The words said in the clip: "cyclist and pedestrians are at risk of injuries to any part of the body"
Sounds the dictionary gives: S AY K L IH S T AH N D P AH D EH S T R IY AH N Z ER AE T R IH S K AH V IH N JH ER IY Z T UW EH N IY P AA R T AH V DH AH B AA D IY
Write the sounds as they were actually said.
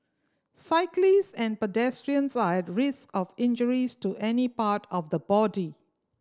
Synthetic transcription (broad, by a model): S AY K L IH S AH N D P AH D EH S T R IY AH N S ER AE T R IH S K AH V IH N JH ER IY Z T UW EH N IY P AA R T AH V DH AH B AA D IY